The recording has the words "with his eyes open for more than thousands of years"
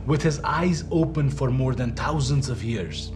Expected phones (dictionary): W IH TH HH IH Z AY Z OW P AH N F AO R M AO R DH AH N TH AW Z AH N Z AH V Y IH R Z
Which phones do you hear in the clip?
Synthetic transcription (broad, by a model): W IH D HH IH Z AY Z OW P AH N F AO R M AO R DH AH N T AW Z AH N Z AH V Y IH R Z